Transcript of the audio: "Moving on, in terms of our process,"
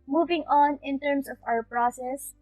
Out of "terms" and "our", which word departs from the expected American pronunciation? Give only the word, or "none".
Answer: terms